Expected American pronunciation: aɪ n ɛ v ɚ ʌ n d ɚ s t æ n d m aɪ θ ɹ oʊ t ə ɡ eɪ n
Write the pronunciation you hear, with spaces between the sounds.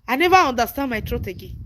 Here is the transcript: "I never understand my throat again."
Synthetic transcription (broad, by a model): aɪ n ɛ v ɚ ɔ n d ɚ s t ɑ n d m aɪ t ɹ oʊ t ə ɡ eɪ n